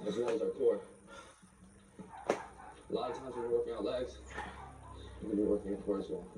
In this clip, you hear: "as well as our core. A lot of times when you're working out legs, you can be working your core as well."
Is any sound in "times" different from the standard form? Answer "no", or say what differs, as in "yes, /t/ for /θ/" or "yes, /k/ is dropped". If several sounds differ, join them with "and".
no